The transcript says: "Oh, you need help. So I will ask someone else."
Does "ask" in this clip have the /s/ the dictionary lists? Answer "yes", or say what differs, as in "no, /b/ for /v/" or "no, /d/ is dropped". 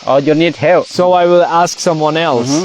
yes